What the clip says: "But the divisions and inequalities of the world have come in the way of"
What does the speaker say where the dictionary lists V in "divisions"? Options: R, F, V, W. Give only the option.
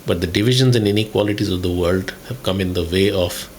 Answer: V